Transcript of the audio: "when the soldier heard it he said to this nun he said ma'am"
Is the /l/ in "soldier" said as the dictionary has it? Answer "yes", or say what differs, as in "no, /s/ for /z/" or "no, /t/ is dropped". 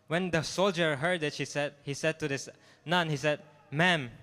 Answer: yes